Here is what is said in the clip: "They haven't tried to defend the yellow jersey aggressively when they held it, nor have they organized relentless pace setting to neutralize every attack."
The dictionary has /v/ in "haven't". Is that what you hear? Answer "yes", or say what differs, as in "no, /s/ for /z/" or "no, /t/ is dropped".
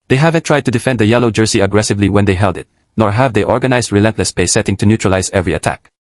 yes